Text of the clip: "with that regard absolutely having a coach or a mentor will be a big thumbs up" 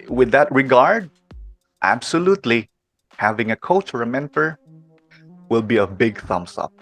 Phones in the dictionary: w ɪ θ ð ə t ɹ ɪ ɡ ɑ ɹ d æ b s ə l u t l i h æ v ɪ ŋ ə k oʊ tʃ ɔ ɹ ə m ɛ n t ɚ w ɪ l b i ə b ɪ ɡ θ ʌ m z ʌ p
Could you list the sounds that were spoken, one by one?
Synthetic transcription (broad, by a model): w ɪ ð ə t ɹ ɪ ɡ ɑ ɹ d æ b s ə l u t l i h æ v ɪ ŋ ə k oʊ tʃ ɔ ɹ ə m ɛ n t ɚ w ɪ l b i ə b ɪ ɡ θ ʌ m s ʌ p